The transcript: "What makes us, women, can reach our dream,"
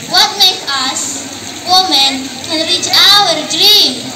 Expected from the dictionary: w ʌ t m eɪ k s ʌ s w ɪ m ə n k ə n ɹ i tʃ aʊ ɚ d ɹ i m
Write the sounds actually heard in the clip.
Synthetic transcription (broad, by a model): w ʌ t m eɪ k ʌ s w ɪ m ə n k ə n ɹ i tʃ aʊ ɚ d ɹ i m